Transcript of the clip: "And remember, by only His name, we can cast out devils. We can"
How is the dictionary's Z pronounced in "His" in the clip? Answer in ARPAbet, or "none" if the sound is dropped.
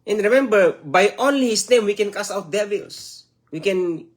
S